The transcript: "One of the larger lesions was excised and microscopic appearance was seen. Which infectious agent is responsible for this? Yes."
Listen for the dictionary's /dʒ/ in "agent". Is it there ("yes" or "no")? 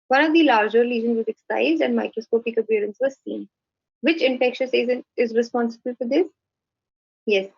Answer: no